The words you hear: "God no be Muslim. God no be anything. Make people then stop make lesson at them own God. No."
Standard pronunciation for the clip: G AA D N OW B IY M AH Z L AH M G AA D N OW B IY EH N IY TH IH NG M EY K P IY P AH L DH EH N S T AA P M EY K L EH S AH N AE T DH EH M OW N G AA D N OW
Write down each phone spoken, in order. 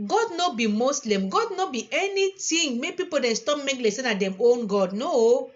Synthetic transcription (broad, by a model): G AA D N OW B IY M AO S L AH M G AA D N OW B IY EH N IY T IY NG M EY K P IY P AH L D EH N S T AA P M EY K L EH S AH N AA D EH M OW N G AA D N OW